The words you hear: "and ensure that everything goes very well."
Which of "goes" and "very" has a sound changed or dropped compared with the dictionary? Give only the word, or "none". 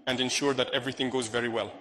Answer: none